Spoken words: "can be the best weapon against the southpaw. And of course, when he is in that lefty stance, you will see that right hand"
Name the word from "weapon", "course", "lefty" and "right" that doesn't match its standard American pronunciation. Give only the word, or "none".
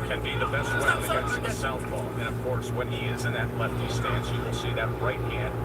weapon